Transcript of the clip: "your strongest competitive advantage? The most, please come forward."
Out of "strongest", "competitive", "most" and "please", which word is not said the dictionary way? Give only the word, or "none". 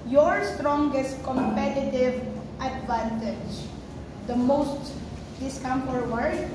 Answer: please